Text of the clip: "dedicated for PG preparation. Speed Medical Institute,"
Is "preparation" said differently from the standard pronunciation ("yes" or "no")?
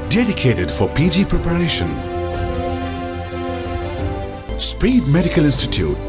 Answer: no